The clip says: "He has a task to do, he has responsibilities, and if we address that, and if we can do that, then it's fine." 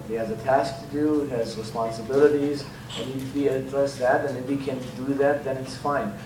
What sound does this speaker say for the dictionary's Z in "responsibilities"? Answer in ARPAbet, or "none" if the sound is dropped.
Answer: Z